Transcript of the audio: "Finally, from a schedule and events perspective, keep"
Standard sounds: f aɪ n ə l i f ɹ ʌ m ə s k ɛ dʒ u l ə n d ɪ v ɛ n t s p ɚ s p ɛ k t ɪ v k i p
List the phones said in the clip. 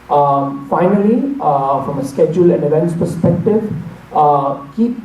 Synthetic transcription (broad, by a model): f aɪ n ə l i f ɹ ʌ m ə s k ɛ dʒ u l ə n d ɪ v ɛ n t s p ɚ s p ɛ k t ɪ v k i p